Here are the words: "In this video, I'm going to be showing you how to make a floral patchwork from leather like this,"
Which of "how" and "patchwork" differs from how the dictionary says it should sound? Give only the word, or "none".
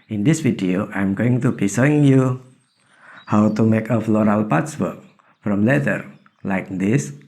patchwork